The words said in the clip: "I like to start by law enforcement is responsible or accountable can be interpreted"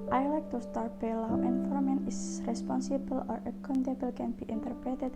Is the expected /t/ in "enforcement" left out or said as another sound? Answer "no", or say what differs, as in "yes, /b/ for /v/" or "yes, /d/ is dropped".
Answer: yes, /t/ is dropped